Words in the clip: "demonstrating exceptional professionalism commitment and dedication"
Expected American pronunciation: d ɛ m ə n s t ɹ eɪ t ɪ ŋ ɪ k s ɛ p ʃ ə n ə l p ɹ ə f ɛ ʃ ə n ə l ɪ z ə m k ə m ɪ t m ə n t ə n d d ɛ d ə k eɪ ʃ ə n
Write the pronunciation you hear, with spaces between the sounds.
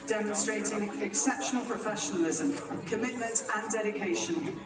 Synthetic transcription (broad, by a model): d ɛ m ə n s t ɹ eɪ t ɪ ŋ ɪ k s ɛ p ʃ ə n ə l p ɹ ə f ɛ ʃ ə n ə l ɪ z ə m k ə m ɪ t m ə n t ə n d d ɛ d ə k eɪ ʃ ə n